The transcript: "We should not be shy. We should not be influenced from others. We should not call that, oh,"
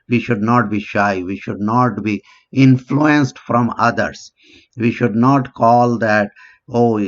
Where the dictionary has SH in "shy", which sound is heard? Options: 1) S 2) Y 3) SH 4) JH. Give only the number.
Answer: 3